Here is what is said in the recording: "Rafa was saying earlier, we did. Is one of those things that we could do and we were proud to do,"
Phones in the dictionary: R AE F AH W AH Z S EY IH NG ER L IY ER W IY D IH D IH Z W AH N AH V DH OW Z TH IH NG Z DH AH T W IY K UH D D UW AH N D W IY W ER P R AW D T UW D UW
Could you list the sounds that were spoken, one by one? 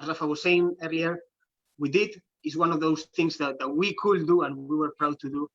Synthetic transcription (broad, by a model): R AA F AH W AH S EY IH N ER IY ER W IY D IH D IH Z W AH N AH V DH OW S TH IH NG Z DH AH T W IY K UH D D UW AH N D W IY W ER P R AW D T UW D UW